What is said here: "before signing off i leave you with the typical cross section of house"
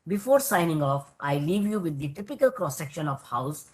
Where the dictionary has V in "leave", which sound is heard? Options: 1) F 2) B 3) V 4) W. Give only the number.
3